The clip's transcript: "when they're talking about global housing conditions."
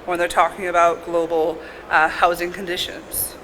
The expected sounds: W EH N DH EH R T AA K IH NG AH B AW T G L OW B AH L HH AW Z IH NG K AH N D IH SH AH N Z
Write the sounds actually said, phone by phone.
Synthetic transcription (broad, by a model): W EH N DH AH R T AA K IH NG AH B AW T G L OW B L HH AW Z IH NG K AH N D IH SH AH N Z